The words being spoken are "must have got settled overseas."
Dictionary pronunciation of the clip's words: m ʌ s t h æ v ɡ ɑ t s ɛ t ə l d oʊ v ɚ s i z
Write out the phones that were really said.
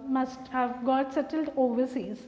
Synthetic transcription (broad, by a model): m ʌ s t h æ v ɡ ɑ t s ɛ t ə l d oʊ v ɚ s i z